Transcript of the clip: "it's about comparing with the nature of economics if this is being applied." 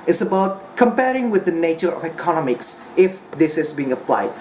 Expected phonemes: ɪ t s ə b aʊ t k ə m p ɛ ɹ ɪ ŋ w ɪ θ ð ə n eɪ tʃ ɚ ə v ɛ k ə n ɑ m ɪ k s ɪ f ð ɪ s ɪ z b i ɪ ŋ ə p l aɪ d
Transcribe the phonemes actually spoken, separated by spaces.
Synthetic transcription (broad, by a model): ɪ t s ə b aʊ t k ə m p ɛ ɹ ɪ ŋ w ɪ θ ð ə n eɪ tʃ ɚ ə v ɛ k ə n ɑ m ɪ k s ɪ f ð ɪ s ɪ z b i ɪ ŋ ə p l aɪ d